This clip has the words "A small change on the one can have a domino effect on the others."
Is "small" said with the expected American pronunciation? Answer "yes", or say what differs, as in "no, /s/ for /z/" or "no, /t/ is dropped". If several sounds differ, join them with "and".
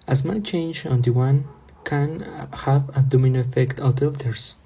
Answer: no, /n/ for /l/